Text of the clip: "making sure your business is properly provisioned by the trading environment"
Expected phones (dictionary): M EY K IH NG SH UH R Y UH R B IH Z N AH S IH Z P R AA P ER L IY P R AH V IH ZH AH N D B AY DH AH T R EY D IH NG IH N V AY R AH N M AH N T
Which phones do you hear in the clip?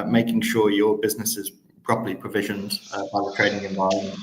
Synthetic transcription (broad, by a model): M EY K IH NG SH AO Y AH B IH Z N AH S IH Z P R AA P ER L IY P R AH V IH ZH AH N D B AY DH AH T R EY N IH NG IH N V AY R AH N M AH N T